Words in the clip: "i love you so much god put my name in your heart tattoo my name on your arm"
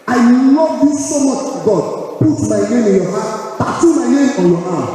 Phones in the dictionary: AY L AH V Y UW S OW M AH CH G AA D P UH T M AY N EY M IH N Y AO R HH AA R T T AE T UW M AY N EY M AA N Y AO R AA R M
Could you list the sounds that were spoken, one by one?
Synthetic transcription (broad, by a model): AY N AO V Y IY S OW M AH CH G AA D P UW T M AY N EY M IH N Y AO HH AA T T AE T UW M AY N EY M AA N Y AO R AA